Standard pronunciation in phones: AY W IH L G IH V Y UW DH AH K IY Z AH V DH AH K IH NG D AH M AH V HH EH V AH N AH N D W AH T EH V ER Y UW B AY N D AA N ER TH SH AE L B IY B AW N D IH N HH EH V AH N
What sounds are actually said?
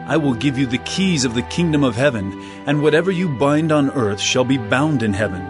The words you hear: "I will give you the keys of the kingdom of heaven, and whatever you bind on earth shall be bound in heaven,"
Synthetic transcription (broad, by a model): AY W IH L G IH V Y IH DH AH K IY Z AH V DH AH K IH NG D AH M AH V HH EH V AH N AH N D W AH T EH V ER Y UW B AY N D N ER TH SH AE L B IY B AW N D IH N HH EH V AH N